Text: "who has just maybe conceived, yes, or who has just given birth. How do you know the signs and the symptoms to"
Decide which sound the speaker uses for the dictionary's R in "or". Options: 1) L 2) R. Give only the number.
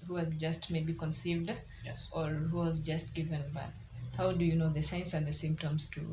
2